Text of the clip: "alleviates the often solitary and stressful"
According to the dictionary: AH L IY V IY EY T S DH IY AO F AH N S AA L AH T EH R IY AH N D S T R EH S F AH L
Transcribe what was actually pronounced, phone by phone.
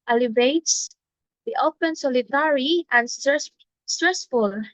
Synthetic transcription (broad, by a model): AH L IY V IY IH T S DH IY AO P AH N S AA L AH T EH R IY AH N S S T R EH S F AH L